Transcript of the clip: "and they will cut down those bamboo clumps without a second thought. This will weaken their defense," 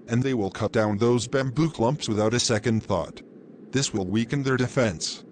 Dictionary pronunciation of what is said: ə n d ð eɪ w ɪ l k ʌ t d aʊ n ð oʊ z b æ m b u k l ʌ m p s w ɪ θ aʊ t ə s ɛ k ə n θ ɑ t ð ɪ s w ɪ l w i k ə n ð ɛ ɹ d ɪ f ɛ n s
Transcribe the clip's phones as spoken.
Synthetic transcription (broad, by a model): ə n ð eɪ w ɪ l k ʌ t d aʊ n ð oʊ z b æ m b u k l ʌ m p s w ɪ θ aʊ t ə s ɛ k ə n θ ɑ t ð ɪ s w ɪ l w i k ə n ð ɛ ɹ d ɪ f ɛ n s